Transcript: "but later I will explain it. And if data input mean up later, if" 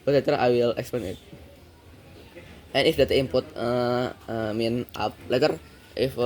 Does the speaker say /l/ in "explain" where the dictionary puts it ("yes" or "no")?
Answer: no